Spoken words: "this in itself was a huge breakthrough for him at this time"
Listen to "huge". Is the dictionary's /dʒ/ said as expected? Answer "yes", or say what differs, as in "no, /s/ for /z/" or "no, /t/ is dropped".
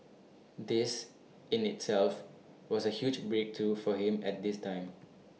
yes